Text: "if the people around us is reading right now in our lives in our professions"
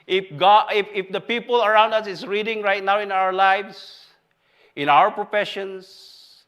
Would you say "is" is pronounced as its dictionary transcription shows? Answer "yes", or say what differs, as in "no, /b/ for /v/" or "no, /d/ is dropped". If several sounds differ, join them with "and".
no, /s/ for /z/